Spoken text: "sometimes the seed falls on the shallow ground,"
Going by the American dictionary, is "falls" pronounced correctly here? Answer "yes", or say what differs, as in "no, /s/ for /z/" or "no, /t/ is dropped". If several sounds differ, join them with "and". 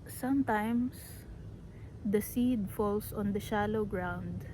no, /s/ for /z/